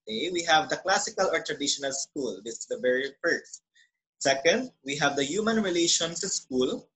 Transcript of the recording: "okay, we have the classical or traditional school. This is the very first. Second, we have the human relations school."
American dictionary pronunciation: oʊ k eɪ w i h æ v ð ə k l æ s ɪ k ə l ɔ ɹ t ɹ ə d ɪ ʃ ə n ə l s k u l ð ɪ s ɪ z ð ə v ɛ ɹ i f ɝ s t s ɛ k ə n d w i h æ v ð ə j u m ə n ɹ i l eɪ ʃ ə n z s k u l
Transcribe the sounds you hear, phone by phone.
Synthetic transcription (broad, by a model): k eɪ w i h æ v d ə k l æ s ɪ k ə l ɔ ɹ t ɹ ə d ɪ ʃ ə n ə l s k u l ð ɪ s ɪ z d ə v ɛ ɹ i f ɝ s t s ɛ k ə n d w i h æ v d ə j u m ə n ɹ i l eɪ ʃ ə n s s k u l